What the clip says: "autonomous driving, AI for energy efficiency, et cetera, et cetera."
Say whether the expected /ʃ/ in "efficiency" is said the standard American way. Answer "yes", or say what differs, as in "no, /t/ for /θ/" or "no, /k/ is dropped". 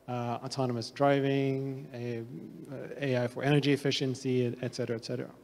yes